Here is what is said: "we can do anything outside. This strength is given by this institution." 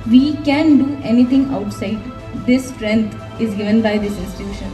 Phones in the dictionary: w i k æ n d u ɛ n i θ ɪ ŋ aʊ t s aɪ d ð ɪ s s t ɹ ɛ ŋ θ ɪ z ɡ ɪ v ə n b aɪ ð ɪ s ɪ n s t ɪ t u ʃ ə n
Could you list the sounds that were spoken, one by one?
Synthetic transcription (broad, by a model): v i k æ n d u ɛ n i t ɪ ŋ aʊ t s aɪ d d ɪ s s t ɹ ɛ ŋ t ɪ z ɡ ɪ v ə n b aɪ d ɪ s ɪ n s t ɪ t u ʃ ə n